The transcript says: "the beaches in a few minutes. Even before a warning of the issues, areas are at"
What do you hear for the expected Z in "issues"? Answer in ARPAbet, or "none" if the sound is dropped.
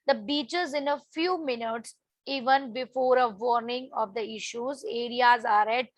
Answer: Z